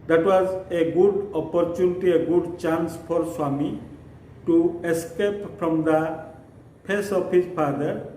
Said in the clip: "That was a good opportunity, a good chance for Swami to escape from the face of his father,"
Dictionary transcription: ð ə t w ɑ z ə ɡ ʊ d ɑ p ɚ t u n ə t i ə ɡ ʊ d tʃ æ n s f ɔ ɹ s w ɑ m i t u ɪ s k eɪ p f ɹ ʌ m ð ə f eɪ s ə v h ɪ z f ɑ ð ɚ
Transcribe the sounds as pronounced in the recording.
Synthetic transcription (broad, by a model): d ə t w ɑ z ə ɡ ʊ d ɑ p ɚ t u n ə t i ə ɡ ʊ d tʃ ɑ n s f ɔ ɹ s w ɑ m i t u ɪ s k eɪ p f ɹ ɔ m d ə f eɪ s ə p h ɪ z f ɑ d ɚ